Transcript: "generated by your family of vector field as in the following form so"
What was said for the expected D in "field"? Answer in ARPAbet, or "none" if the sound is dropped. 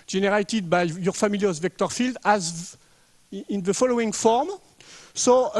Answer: D